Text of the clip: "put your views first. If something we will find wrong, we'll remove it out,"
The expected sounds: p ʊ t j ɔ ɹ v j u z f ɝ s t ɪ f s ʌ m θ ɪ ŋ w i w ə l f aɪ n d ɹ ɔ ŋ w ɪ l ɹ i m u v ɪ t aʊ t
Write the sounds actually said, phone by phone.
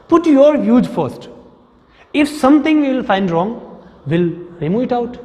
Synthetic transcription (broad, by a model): p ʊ t j ɔ ɹ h j u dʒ f ɝ s t ɪ f s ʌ m t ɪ ŋ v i l f aɪ n d ɹ ɔ ŋ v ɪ l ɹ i m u ɪ t aʊ t